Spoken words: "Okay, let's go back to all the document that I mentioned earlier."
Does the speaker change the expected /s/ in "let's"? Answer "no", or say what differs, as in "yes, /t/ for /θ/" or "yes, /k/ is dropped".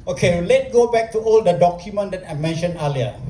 yes, /s/ is dropped